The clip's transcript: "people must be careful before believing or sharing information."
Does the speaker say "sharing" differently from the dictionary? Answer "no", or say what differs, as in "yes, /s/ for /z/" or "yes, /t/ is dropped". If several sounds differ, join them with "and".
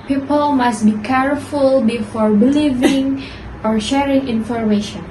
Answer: no